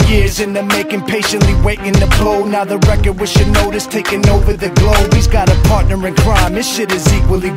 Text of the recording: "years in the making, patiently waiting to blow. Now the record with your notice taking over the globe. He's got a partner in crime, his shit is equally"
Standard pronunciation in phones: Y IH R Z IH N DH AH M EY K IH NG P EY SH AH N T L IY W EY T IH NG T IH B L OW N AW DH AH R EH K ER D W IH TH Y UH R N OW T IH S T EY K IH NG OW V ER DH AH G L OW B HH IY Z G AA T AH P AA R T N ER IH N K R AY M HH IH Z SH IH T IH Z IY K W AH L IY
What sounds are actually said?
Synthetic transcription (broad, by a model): Y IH R Z IH N DH AH M EY K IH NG P EY SH AH N T L IY W EY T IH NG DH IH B L OW N AW DH AH R EH K ER D W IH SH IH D N OW T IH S T EY K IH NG OW V ER DH AH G L OW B HH IY Z G AA T AH P AA R T N ER IH N K R AY M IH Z SH IH T IH Z IY K W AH L IY